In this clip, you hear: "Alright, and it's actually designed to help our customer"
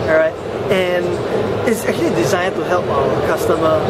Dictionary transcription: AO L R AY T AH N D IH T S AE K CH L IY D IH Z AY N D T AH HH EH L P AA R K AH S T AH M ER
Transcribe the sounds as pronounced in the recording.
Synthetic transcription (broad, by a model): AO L R AY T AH N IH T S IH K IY D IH Z AY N T AH HH EH L P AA L K AH S T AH M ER